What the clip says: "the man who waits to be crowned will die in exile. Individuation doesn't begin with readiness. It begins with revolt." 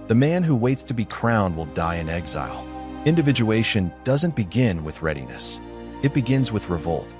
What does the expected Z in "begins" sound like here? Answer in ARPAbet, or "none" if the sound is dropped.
Z